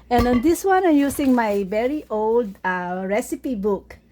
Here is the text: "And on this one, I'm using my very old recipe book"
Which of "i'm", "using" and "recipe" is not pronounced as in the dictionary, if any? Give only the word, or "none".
using